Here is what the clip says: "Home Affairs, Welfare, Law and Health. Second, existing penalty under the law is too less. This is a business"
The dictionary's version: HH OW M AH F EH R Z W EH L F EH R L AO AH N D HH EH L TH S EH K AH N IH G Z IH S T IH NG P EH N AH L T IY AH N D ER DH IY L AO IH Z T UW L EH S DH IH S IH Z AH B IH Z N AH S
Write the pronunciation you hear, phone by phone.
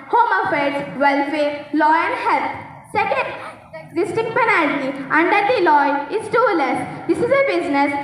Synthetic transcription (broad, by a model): HH OW M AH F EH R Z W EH L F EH R L AO AH N D HH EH L T S EH K AH N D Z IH S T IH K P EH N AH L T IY AH N D ER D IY L AO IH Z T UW L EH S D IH S IH Z AH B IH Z N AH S